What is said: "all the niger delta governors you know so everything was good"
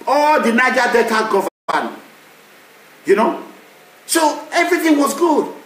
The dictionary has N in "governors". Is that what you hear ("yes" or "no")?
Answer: no